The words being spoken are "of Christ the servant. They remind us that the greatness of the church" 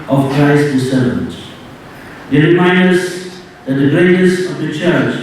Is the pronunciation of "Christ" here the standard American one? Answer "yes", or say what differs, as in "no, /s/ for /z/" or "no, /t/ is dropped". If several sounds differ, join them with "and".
yes